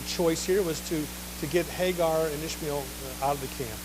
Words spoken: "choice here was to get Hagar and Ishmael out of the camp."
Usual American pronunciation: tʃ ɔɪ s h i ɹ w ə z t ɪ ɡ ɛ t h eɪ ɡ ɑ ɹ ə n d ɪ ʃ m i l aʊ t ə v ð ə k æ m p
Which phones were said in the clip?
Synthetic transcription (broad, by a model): tʃ ɔɪ s h i ɹ w ə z t ɪ ɡ ɛ t h eɪ ɡ ɑ ɹ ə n ɪ ʃ m i l aʊ t ə v ð ə k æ m p